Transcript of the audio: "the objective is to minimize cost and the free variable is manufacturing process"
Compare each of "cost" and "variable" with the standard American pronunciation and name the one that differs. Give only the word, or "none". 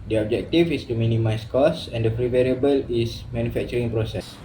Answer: cost